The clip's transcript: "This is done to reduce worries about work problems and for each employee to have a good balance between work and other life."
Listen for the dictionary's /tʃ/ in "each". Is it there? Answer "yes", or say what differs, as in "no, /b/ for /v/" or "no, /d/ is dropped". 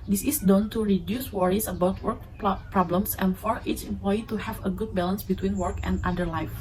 no, /s/ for /tʃ/